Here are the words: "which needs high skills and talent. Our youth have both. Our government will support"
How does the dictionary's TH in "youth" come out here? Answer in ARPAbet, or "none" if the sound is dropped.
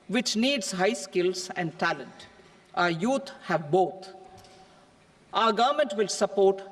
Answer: T